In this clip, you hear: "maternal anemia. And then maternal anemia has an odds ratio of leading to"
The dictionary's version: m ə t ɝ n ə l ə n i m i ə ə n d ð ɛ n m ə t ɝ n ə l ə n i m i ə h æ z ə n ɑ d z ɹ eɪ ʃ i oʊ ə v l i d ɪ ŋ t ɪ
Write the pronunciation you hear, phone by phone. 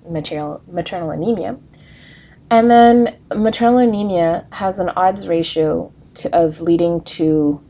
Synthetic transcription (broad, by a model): m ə t ɝ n l ə n i m i ə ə n ð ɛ n m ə t ɝ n l ə n i m i ə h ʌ z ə n ɑ d z ɹ eɪ ʃ i oʊ ə v l i d ɪ ŋ t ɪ